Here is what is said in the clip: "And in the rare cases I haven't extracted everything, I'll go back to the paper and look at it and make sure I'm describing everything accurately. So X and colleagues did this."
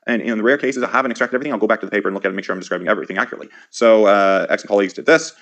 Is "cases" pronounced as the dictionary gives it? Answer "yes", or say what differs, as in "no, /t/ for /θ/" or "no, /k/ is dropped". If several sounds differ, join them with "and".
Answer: yes